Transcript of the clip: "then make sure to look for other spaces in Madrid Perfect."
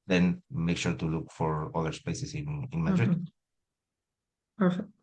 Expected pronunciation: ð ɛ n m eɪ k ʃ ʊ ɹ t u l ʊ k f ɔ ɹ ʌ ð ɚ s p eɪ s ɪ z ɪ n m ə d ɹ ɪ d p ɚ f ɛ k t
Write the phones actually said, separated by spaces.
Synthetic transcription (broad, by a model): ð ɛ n m eɪ k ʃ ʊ ɹ t u l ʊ k f ɔ ɹ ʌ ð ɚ s p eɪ s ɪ s ɪ n m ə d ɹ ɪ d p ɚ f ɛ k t